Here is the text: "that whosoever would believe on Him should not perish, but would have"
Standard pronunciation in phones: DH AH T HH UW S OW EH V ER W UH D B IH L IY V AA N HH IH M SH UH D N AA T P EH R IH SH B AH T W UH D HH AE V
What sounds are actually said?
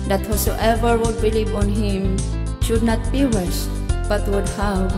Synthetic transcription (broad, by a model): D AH T HH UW S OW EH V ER W UH D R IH L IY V AA N HH IH M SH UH D N AA T B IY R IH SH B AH T W UH D HH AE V